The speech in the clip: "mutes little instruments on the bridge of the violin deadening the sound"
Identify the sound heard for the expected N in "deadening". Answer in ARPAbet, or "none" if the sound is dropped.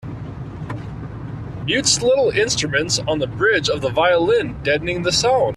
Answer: N